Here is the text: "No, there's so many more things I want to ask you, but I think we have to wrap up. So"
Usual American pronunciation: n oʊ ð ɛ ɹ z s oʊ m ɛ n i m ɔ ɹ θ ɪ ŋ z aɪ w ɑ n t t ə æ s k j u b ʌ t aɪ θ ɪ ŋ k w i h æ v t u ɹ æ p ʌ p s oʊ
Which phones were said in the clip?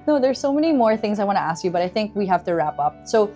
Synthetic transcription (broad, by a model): n oʊ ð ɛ ɹ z s oʊ m ɛ n i m ɔ ɹ θ ɪ ŋ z aɪ w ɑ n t t æ s k j u b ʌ t aɪ θ ɪ ŋ k w i h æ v t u ɹ æ p ʌ p s oʊ